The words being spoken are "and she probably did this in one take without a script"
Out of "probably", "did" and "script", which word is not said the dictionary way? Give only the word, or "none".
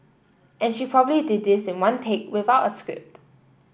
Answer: none